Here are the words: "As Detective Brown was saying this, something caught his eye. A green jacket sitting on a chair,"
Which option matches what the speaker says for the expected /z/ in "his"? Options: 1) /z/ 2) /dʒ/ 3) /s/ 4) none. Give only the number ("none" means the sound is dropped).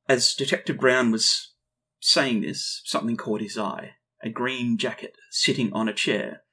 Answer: 1